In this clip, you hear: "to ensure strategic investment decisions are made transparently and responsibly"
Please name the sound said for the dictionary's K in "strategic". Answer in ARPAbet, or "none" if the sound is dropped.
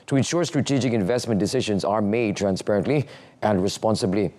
K